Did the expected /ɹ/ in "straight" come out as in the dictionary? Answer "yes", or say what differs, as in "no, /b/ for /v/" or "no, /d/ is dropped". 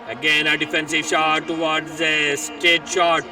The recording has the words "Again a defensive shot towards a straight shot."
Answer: no, /ɹ/ is dropped